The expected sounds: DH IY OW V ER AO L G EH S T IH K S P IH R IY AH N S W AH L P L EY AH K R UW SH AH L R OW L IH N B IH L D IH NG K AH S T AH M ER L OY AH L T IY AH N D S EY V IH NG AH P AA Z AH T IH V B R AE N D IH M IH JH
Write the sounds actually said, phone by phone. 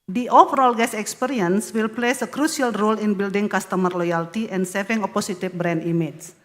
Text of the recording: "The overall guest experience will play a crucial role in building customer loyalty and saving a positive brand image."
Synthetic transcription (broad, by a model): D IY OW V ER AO L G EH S IH K S P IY R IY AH N S W AH L P L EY AH K R UW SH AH L R OW L IH N B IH L D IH NG K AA S T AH M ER L OY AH L T IY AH N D S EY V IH NG AH P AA S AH T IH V B R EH N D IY M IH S